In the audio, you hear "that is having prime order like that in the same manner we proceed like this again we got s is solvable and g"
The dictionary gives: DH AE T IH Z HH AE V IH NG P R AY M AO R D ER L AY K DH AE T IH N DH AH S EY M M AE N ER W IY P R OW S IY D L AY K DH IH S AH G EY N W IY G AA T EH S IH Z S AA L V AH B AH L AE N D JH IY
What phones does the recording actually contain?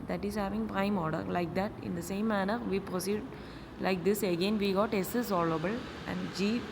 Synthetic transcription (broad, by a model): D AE T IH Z HH AE V IH NG P R AY M AO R D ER L AY K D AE T IH N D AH S EY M M AE N ER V IY P R OW S IY D L AY K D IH S AH G EY N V IY G AA T EH S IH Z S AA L AH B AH L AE N D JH IY